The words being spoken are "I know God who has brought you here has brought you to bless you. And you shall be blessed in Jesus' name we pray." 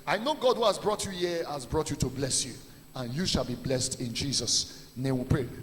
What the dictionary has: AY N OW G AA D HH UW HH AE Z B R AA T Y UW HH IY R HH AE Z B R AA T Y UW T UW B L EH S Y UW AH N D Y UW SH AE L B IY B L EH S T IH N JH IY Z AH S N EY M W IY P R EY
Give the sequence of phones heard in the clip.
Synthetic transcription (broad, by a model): AY N OW G AA D HH UW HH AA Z B R AA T Y UW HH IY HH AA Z B R AA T Y UW T UW B L EH S Y UW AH N Y UW SH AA L B IY B L EH S T IH N JH IY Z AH S N EY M W IY P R EY